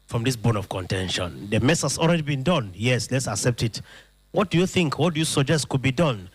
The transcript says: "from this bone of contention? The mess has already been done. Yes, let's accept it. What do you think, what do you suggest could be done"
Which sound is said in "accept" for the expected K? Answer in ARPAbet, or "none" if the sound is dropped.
K